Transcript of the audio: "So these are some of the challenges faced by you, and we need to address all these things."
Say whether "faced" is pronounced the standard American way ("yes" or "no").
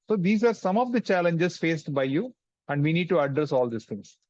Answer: yes